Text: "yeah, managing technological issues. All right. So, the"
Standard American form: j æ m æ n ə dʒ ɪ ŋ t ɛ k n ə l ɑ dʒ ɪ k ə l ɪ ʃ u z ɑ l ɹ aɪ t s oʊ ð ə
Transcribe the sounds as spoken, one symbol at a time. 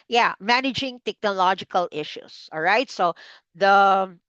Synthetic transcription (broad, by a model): j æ m æ n ə dʒ ɪ ŋ t ɛ k n ə l ɑ dʒ ɪ k ə l ɪ ʃ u s ɑ l ɹ aɪ t s oʊ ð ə